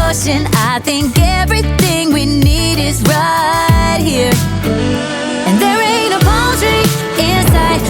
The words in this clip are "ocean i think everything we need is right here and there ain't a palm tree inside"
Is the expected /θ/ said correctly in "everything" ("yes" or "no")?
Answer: yes